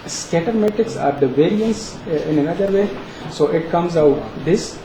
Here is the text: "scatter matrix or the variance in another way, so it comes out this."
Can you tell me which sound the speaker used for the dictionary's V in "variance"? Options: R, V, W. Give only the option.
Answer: V